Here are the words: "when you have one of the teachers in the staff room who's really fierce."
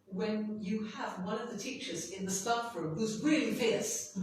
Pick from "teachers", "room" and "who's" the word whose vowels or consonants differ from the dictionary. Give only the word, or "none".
none